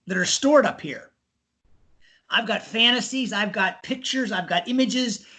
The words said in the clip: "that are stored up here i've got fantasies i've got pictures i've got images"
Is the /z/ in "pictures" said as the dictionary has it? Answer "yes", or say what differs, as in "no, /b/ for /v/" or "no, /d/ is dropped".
yes